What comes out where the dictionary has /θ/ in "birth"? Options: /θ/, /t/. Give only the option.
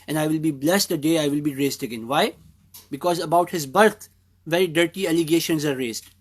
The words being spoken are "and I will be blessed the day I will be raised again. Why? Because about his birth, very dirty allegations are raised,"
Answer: /t/